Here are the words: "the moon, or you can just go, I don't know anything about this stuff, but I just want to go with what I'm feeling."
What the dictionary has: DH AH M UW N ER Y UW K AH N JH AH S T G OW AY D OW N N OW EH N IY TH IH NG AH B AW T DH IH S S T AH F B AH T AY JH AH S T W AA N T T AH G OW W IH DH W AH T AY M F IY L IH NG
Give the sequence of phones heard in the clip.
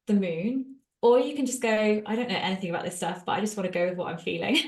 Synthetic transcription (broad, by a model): DH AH M UW N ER Y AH K AH N JH AH S G OW AY D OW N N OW EH N IY TH IH NG AH B AW T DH IH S S T AH F B AH T AY JH AH S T W AA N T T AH G OW W IH DH W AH T AY M F IY L IH NG